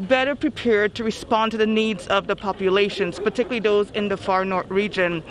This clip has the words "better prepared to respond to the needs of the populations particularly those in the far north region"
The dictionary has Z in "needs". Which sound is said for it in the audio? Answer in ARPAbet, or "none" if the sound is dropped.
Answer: Z